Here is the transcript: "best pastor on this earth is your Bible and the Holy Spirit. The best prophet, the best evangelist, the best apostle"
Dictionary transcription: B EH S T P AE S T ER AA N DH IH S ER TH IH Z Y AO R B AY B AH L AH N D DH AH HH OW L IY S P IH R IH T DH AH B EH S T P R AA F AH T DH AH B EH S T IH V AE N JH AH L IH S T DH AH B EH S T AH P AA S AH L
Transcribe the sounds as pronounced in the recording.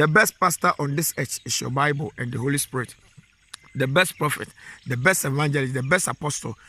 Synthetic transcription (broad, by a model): B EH S T P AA S T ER AA N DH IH S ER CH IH S Y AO B AY B AH L AH N D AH HH OW L IY S P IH R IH T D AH B EH S T P R AA F AH T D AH B EH S T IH V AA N JH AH L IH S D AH B EH S T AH P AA S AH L